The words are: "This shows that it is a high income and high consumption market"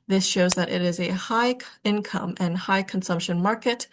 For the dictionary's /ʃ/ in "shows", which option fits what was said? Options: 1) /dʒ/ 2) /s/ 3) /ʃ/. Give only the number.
3